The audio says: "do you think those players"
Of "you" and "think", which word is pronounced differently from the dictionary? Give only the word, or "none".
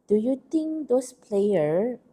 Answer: think